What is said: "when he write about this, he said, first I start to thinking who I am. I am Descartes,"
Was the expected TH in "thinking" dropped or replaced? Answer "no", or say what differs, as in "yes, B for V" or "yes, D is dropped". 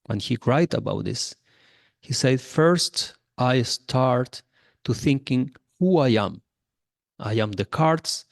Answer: no